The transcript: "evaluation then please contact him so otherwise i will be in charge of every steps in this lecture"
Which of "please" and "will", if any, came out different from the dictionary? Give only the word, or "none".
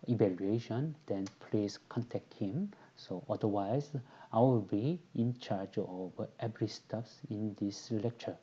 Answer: please